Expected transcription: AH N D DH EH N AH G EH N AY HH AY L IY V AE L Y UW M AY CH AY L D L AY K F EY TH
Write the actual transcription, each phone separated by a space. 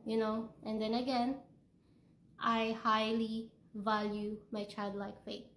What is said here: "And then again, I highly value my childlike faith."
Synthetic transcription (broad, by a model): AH N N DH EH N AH G EH N AY HH AY L IY V AE L Y UW M AY CH AY L D L AY K F EY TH